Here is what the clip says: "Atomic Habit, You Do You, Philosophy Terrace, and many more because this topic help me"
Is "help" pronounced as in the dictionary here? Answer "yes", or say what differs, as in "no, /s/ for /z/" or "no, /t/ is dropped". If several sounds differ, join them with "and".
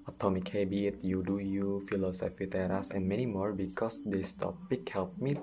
yes